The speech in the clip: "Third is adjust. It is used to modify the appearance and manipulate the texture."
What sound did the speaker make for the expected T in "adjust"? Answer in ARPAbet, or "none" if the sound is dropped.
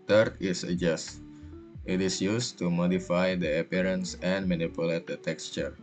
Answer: T